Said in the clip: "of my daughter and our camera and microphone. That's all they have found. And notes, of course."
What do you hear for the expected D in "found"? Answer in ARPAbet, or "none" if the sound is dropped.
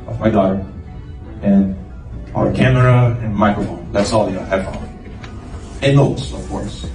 none